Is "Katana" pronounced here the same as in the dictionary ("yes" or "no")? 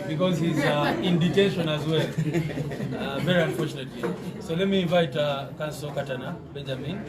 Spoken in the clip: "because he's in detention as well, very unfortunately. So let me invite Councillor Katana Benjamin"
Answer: yes